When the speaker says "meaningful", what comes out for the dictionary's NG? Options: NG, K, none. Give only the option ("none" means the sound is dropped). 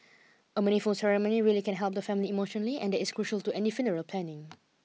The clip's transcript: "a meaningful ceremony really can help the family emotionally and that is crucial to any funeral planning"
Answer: none